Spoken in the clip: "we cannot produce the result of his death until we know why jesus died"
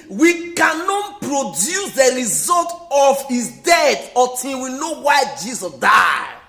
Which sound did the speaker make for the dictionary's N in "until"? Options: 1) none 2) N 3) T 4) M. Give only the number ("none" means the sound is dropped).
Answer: 1